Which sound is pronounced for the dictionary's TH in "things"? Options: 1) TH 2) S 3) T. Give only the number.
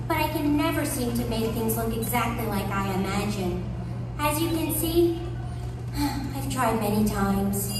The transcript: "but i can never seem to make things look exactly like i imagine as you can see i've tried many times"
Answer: 1